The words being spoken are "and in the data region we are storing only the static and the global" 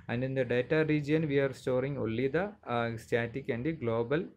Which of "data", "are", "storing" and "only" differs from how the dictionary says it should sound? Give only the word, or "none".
only